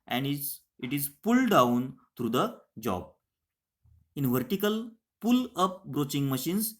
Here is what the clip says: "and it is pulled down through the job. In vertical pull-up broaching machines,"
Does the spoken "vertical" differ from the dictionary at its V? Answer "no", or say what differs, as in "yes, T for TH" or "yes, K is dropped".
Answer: no